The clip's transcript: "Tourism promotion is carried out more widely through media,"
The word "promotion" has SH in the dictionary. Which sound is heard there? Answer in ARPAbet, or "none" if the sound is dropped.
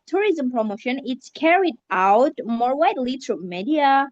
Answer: SH